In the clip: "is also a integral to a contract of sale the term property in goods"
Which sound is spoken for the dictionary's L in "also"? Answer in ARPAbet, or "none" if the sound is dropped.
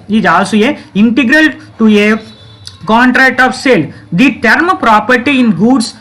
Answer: none